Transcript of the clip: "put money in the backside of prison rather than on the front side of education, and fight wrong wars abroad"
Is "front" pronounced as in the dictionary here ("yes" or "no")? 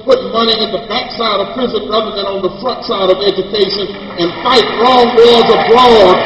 no